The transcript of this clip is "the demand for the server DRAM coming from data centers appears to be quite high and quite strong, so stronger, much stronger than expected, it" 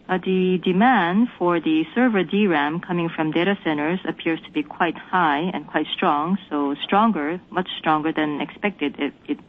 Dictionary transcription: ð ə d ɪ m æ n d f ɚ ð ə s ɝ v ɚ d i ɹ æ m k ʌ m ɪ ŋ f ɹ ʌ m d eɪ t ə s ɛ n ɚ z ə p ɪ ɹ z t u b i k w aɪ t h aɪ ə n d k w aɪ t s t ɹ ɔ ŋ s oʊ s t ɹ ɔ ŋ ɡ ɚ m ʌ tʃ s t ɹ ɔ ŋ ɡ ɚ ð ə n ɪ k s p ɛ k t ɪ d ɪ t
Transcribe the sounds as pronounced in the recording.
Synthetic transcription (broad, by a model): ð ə d ɪ m æ n d f ɚ ð ə s ɝ v ɚ d i ɹ æ m k ʌ m ɪ ŋ f ɹ ʌ m d eɪ t ə s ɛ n ɚ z ə p ɪ ɹ z t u b i k w aɪ t h aɪ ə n k w aɪ t s t ɹ ɔ ŋ s oʊ s t ɹ ɔ ŋ ɡ ɚ m ʌ tʃ s t ɹ ɔ ŋ ɡ ɚ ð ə n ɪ k s p ɛ k t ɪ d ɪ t